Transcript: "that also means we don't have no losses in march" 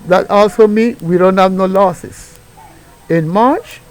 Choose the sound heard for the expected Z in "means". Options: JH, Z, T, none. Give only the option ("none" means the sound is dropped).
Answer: none